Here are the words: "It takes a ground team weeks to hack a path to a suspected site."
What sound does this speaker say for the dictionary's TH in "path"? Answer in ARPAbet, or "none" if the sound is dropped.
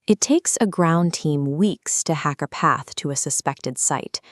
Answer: TH